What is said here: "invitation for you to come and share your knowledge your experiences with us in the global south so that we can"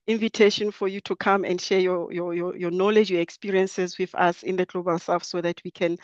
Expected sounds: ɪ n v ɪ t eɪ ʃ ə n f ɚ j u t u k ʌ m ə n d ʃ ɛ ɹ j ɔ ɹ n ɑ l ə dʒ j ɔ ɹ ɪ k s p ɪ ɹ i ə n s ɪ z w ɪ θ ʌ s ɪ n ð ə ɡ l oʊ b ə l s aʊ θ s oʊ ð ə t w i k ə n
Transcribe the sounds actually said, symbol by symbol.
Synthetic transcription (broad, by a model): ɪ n v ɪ t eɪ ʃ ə n f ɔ j u t u k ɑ m ə n d ʃ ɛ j j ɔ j n ɑ l ə dʒ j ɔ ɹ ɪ k s p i ɹ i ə n s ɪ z w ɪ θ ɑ s ɪ n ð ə ɡ l oʊ b ə l s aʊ f s oʊ ð ə t w i k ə n